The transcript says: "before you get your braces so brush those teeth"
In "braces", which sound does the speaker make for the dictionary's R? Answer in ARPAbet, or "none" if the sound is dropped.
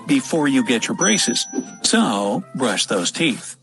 R